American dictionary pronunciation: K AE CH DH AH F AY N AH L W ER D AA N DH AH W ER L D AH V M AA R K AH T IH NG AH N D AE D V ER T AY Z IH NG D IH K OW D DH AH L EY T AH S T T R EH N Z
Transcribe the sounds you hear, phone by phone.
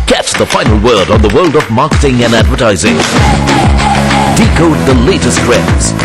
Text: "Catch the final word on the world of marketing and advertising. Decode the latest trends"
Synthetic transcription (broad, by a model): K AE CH DH AH F AY N L W ER D N DH AH W ER L D AH V M AA R K AH T IH NG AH N AE D V ER T AY Z IH NG D IH K OW D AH L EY T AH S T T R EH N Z